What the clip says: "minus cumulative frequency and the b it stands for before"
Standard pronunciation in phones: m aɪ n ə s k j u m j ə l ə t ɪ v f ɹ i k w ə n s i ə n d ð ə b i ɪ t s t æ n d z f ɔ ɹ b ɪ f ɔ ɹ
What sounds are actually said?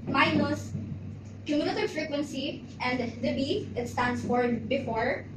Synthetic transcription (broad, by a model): m aɪ n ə s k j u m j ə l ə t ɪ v f ɹ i k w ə n s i ə n d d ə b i ɪ t s t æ n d s f ɔ ɹ b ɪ f ɔ ɹ